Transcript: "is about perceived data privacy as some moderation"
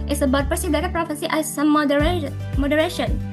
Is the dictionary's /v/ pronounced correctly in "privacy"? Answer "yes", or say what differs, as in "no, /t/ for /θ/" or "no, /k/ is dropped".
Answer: no, /f/ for /v/